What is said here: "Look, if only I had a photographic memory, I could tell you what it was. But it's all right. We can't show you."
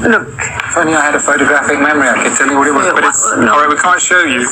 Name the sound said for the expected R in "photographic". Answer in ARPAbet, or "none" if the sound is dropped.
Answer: R